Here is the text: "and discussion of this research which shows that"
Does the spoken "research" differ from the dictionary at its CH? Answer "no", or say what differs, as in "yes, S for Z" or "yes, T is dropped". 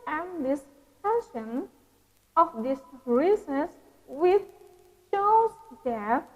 yes, S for CH